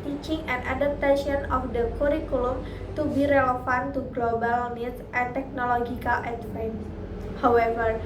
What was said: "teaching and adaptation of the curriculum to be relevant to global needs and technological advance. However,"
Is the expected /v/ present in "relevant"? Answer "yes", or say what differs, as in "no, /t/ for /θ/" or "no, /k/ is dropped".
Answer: no, /f/ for /v/